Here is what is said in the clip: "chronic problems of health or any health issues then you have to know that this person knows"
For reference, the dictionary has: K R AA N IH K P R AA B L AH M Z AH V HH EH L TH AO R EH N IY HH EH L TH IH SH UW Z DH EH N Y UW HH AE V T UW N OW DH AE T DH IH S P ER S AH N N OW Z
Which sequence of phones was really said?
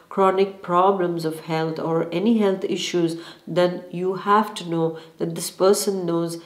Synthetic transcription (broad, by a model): K R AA N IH K P R AA B L AH M Z AH V HH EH L T AO R EH N IY HH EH L T IH SH UW Z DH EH N Y UW HH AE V T UW N OW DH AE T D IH S P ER S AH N N OW Z